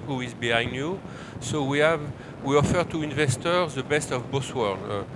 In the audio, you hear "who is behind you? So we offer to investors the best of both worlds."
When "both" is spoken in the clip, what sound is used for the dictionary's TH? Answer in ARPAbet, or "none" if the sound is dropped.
S